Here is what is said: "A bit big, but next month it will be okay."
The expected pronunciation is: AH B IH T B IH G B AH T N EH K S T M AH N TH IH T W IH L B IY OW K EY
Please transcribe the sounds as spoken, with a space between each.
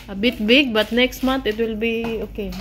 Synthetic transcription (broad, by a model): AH B IH T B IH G B AH T N EH K S T M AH N T IH T W IH L B IY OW K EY